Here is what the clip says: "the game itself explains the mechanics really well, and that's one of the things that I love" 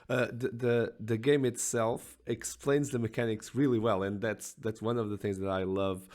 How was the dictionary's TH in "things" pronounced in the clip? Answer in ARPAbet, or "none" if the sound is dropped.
TH